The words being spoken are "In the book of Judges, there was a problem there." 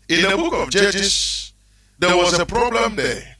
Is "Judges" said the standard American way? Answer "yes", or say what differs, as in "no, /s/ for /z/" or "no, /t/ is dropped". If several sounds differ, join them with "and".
no, /s/ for /z/